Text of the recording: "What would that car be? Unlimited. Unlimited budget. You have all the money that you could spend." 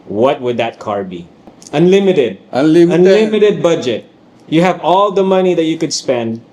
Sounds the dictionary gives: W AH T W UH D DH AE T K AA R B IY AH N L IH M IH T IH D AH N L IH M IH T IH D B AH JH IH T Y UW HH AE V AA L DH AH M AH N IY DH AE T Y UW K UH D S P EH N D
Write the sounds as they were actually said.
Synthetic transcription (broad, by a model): W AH T W UH D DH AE T K AA R B IY AH N L IH M IH T IH D AH N L IH M IH T IH D B AH JH IH T Y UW HH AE V AA L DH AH M AH N IY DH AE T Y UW K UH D S P EH N D